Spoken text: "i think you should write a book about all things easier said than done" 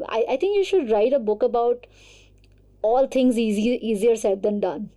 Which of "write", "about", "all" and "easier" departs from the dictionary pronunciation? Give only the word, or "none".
none